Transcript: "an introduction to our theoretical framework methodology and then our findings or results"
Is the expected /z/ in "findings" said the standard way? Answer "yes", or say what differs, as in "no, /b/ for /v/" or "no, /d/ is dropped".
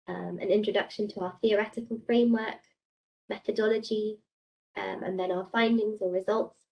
yes